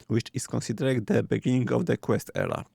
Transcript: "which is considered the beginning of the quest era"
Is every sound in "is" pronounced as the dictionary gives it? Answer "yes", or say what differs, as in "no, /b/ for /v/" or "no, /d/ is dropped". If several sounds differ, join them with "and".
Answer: no, /s/ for /z/